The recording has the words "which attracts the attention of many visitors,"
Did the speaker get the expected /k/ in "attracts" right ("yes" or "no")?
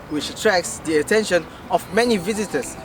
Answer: yes